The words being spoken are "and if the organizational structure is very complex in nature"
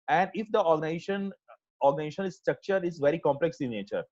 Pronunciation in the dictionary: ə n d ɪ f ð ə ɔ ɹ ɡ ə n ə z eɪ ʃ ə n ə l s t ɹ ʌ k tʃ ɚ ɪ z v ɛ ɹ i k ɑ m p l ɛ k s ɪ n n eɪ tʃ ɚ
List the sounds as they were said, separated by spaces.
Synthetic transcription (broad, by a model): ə n d ɪ f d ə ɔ ɹ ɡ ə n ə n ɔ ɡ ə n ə n s t ɹ ʌ k tʃ ɚ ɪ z v ɛ ɹ i k ɑ m p l ɛ k s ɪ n n eɪ tʃ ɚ